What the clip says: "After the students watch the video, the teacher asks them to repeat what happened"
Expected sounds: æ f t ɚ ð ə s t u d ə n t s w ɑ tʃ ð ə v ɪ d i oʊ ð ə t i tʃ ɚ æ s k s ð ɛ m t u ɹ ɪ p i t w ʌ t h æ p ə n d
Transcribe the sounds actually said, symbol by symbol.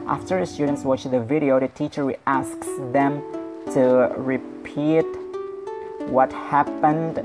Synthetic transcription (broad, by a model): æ f t ɚ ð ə s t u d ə n t s w ɑ tʃ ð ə v ɪ d i oʊ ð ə t i tʃ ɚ æ s k s ð ɛ m t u ɹ ɪ p i t w ʌ t h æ p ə n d